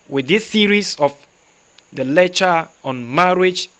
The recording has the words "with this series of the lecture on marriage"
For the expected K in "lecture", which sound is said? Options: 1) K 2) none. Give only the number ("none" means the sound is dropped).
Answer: 2